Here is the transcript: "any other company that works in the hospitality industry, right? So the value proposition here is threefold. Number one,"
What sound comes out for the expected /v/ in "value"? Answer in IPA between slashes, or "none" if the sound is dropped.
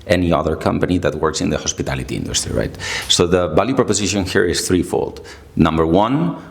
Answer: /b/